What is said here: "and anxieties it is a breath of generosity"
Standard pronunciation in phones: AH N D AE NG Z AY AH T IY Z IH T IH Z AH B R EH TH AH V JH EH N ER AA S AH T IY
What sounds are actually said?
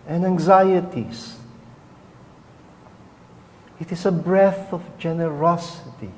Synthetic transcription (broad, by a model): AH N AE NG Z AY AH T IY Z IH T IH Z AH B R EH TH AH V JH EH N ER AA S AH T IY